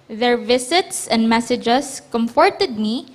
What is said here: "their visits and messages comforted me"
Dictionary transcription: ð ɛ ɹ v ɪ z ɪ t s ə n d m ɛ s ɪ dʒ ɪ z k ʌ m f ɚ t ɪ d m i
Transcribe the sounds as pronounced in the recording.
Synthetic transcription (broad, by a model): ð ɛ ɹ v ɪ s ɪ t s ə n d m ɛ s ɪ dʒ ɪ s k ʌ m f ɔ t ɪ d m i